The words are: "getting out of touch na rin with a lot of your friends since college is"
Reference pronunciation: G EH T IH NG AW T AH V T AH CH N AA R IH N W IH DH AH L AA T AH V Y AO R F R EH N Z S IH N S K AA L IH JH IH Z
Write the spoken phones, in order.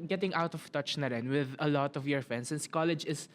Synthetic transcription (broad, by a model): G EH T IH NG AW T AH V T AH CH N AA R IH N W IH DH AH L AA T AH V Y AO R F EH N S IH N S K AA L IH JH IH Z